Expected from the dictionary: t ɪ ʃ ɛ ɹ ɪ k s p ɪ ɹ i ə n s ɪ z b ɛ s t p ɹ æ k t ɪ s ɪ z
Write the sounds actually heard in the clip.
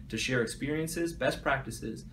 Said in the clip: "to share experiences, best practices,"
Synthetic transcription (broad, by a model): t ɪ ʃ ɛ ɹ ɪ k s p ɪ ɹ i ə n s ɪ z b ɛ s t p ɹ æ k t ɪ s ɪ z